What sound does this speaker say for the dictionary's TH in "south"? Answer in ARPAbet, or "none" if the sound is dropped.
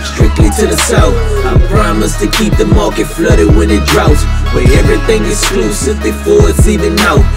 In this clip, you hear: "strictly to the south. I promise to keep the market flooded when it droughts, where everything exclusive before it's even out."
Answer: F